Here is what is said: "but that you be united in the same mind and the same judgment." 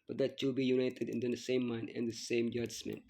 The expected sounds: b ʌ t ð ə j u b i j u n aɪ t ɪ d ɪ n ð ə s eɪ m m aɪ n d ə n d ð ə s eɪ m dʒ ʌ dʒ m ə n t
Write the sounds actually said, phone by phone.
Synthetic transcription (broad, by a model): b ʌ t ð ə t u b i j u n aɪ t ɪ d ɪ n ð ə s eɪ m m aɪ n ə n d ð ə s eɪ m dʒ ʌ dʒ m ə n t